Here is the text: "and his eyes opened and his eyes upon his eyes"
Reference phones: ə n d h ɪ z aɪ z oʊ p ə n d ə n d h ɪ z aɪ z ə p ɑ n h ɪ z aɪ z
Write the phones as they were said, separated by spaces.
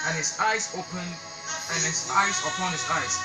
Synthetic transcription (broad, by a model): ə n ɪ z aɪ z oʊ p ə n ə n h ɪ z aɪ z ə p ɑ n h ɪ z aɪ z